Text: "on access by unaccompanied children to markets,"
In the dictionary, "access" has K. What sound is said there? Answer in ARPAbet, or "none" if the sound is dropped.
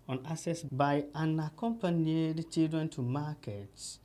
none